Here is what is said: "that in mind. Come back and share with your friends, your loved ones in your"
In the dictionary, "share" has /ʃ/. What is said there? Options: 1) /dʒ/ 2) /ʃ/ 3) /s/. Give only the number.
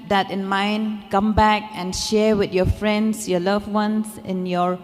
2